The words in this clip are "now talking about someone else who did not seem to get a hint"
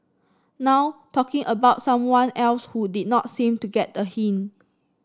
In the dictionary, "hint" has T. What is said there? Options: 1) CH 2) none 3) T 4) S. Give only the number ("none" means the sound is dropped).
2